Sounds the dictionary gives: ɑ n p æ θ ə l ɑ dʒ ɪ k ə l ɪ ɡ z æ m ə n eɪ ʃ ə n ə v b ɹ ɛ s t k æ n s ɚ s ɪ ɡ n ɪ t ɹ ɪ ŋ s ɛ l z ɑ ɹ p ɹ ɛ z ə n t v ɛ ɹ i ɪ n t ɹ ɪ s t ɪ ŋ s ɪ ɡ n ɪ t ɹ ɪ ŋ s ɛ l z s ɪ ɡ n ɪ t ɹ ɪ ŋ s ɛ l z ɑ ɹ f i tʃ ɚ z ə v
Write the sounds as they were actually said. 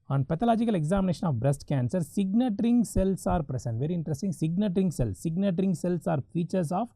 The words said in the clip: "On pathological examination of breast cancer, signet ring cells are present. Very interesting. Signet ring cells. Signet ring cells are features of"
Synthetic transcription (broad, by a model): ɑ n p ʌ t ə l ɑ dʒ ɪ k ə l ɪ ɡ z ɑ m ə n eɪ ʃ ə n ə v b ɹ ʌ s t k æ n s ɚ s ɪ ɡ n ɪ t ɹ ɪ ŋ s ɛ l s ɑ ɹ p ɹ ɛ s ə n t v ɛ ɹ i ɪ n t ɹ ɪ s t ɪ ŋ s ɪ ɡ n ɪ t ɹ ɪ ŋ s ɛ l s ɪ ɡ n ɪ t ɹ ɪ ŋ s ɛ l s ɑ ɹ f i tʃ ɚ s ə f